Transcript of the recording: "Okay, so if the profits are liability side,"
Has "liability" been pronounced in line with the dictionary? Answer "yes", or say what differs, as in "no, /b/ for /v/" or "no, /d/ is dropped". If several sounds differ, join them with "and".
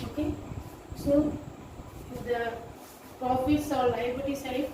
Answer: no, /b/ is dropped